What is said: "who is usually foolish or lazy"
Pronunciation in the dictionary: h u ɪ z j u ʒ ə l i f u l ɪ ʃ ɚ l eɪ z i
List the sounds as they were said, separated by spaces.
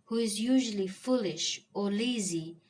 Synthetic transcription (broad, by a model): h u ɪ z j u ʒ ə l i f u l ɪ ʃ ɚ l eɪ z i